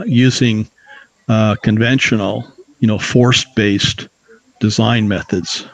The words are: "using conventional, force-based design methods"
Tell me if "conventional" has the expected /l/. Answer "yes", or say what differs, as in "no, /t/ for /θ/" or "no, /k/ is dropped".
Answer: no, /n/ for /l/